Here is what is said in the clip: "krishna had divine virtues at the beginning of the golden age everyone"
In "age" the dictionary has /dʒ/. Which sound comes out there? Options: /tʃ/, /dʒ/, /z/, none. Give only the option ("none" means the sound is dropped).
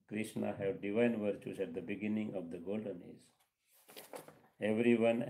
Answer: /z/